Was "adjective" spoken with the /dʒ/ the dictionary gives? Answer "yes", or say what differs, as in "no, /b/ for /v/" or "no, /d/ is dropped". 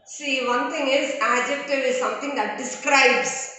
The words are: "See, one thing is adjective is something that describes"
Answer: yes